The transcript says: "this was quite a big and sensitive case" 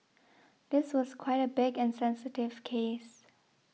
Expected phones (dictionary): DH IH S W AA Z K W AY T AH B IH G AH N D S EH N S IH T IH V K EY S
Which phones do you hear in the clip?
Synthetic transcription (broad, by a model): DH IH S W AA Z K W AY T AH B IH G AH N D S EH N S IH T IH V K EY S